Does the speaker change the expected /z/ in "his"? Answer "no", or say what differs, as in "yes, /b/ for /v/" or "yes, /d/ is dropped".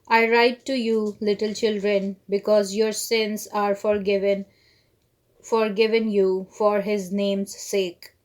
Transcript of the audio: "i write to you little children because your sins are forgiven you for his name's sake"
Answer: no